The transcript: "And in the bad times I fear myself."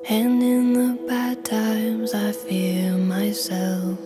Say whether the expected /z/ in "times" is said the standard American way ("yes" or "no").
yes